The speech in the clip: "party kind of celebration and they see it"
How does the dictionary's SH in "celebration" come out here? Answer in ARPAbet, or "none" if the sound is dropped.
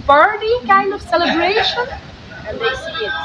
none